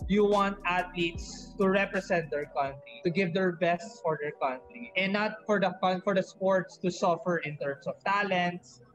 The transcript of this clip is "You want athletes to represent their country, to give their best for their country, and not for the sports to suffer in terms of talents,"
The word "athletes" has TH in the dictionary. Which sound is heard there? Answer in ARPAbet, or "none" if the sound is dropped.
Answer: T